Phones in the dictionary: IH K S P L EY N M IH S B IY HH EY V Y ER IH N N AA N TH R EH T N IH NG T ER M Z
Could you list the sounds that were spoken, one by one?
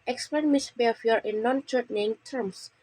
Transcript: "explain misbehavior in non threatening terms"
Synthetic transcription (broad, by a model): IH K S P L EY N M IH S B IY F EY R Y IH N N AA N T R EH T N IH NG T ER M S